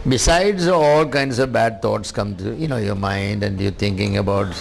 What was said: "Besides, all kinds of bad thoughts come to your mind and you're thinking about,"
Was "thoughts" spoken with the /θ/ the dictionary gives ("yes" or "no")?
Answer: no